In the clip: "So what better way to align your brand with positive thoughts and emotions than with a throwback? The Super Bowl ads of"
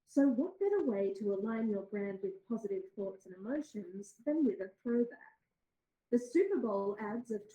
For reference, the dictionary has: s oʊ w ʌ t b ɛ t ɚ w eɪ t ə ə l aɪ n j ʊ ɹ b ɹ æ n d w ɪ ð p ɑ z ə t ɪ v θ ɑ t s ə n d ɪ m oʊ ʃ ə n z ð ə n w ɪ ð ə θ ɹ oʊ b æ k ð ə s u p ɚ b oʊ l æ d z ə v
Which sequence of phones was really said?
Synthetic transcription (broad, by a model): s oʊ w ʌ t b ɛ t ɚ w eɪ t ə ə l aɪ n j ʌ ɹ b ɹ æ n d w ɪ ð p ɑ z ə t ɪ v θ ɑ t s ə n ɪ m oʊ ʃ ə n z ð ə n w ɪ ð ə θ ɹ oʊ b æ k ð ə s u p ɚ b oʊ l æ d z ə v